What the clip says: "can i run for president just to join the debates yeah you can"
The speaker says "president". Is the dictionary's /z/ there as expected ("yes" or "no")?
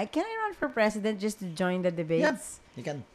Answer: no